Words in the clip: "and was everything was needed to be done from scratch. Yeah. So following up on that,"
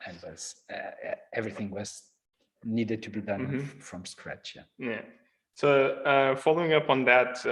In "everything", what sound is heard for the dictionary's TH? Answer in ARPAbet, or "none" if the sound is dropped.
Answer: TH